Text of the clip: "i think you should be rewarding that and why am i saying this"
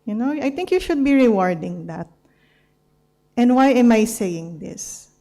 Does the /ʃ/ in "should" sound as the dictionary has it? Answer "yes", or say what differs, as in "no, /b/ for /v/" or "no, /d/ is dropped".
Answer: yes